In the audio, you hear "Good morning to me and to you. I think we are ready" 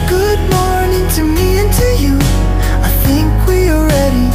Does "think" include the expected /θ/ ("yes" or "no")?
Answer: yes